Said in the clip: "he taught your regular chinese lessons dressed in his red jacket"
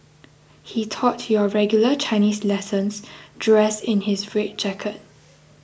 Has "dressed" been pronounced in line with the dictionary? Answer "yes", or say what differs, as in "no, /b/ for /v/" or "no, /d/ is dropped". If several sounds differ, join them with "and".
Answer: no, /t/ is dropped